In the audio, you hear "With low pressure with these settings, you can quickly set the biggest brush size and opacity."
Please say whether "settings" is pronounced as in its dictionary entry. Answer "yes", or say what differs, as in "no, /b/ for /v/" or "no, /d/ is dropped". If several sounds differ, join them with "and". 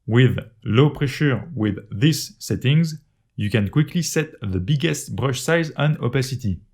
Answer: yes